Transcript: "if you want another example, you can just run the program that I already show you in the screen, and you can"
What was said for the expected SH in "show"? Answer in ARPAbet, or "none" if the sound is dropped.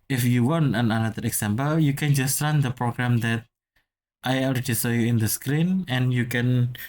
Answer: S